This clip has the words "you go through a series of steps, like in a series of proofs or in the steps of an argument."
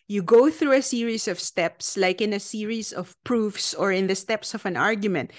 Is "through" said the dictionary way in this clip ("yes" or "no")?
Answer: yes